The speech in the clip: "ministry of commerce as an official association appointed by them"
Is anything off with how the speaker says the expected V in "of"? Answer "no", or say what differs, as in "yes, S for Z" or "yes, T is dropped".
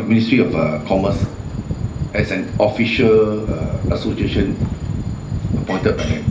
yes, F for V